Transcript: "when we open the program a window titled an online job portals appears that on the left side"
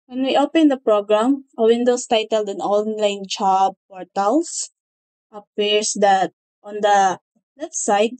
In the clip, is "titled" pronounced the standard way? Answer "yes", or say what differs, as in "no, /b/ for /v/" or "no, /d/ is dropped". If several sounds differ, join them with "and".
yes